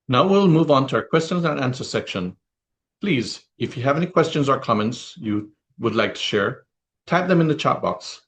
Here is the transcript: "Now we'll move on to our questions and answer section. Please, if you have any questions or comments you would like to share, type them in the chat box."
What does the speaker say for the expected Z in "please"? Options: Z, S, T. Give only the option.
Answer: Z